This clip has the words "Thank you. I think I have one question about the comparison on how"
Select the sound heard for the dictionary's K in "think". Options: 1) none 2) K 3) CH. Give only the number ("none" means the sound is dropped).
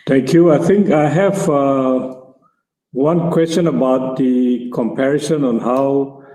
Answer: 2